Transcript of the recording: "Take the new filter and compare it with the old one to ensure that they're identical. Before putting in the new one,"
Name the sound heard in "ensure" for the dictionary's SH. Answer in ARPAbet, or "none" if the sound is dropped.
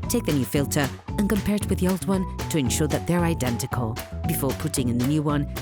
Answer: SH